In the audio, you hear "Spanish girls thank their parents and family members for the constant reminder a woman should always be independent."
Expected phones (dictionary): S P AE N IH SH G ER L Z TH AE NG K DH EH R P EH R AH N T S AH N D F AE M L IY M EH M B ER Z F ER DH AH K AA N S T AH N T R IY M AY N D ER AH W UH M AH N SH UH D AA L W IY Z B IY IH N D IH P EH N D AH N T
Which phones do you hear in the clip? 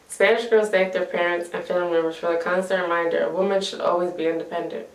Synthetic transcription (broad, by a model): S P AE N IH SH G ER Z T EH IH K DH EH R P EH R AH N T S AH N F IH L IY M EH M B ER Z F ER DH AH K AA N S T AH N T R IY M AY N D ER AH W UH M AH N SH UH D AA L W IY Z B IY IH N D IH P EH N D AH N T